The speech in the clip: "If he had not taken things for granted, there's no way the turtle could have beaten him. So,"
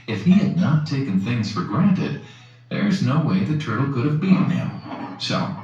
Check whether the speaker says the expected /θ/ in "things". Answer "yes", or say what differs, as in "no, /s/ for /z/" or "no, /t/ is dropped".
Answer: yes